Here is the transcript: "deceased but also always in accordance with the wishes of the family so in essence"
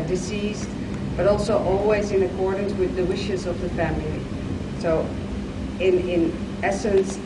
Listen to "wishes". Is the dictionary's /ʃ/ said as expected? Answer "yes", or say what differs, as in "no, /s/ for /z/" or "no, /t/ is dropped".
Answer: yes